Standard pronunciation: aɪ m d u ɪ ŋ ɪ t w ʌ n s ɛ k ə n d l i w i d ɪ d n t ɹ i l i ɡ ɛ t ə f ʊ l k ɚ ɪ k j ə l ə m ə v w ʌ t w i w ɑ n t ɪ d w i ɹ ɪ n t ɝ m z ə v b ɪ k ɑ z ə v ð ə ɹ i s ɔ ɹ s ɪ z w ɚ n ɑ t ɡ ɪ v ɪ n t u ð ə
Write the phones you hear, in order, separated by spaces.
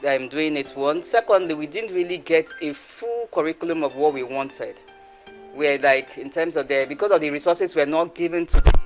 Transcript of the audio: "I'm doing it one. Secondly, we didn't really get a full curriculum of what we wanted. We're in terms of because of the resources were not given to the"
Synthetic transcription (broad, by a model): aɪ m d u ɪ ŋ ɪ t w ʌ n s ɛ k ə n d l i w i d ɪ d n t ɹ i l i ɡ ɛ t ə f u l k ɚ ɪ k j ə l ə m ə v w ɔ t w i w ɑ n t ɪ d w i l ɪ n t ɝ m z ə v b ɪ k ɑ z ə v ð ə ɹ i s ɔ s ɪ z w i n ɑ t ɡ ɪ v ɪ n t u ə